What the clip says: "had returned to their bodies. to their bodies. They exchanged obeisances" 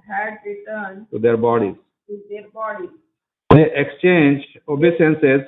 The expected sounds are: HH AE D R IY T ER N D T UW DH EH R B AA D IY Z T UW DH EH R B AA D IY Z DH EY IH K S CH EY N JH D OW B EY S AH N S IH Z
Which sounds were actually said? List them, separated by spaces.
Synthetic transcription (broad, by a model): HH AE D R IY T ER N T UW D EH R B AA D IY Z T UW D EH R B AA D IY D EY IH K S CH EY N JH OW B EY S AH N S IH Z